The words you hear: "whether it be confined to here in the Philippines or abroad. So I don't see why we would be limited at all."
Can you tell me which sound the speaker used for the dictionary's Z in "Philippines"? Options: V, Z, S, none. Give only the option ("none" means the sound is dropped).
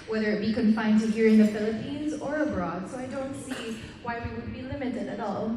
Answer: Z